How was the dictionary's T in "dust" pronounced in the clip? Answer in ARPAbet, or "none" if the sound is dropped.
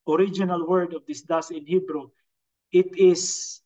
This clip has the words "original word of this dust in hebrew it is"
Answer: none